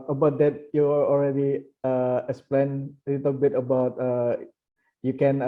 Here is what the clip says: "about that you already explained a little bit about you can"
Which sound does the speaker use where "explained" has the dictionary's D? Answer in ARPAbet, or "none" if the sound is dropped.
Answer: none